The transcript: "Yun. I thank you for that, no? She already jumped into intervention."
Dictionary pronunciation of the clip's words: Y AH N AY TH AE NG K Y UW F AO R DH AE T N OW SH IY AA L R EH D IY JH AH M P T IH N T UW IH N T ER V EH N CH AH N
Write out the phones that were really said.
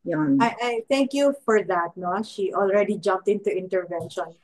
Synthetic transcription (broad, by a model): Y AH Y AY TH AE NG K Y UW F AO R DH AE T N OW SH IY AA L R EH D IY JH AH M P T IH N T UW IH N T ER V EH N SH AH N